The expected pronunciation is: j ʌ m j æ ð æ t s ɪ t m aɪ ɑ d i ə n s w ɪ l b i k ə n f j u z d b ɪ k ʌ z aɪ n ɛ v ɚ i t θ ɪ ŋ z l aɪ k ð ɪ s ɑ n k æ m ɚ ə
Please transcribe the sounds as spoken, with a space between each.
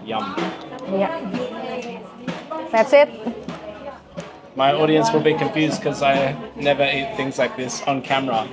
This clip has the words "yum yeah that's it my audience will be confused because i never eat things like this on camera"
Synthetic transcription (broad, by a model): j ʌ m j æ ð æ t s ɪ t m aɪ ɑ d i ə n s w ɪ l b i k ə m f j u z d k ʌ z aɪ n ɛ v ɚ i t θ ɪ ŋ z l aɪ k ð ɪ s n k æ m ɚ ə